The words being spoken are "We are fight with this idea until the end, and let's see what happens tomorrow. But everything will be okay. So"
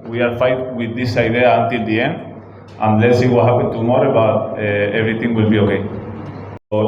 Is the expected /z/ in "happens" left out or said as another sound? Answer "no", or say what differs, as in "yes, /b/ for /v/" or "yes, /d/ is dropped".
yes, /z/ is dropped